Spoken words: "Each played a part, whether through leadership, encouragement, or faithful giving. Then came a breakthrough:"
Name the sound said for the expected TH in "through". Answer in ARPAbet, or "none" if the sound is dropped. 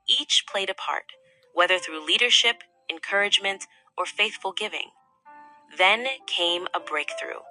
TH